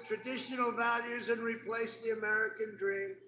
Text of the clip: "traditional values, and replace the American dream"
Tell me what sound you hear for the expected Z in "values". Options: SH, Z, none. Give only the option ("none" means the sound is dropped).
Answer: Z